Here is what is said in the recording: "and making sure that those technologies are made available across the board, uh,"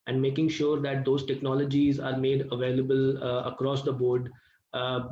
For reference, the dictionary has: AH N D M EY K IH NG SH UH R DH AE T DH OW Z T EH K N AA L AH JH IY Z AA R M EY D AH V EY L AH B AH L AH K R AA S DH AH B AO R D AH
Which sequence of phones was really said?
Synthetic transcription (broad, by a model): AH N D M EY K IH NG SH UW R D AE T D OW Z T EH K N AA L AH JH IY Z AA R M EY D AH V EY L AH B AH L AH K R AA S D AH B AO R D